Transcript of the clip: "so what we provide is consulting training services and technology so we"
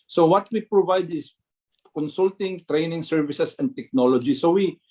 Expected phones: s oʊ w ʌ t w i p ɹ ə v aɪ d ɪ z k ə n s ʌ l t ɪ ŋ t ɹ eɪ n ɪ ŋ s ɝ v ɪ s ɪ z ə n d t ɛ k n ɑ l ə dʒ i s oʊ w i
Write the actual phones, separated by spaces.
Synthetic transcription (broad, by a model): s oʊ w ʌ t w i p ɹ ə v aɪ d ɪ s k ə n s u l t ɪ ŋ t ɹ eɪ n ɪ ŋ s ɝ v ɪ s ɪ s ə n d t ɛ k n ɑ l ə dʒ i s oʊ w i